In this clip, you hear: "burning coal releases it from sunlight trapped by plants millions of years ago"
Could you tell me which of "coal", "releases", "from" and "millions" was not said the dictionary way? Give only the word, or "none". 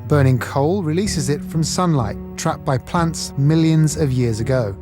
none